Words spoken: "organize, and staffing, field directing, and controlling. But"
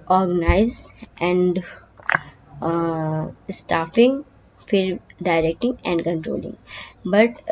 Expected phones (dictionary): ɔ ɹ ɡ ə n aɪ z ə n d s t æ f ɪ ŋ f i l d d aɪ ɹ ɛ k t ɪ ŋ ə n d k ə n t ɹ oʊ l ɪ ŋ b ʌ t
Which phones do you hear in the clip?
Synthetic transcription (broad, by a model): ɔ ɹ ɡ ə n aɪ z ə n d s t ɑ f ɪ ŋ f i d d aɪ ɹ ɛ k t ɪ ŋ ə n d k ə n t ɹ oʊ l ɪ ŋ b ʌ t